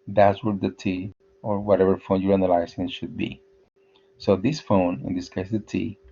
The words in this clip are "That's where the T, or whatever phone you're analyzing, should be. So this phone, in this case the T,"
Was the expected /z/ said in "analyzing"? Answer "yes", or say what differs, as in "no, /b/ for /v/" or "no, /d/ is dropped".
no, /s/ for /z/